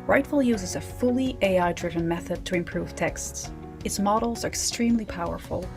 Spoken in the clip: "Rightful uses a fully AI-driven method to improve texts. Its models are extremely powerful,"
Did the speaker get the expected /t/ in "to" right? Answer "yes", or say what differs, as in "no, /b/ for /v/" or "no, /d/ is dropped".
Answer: yes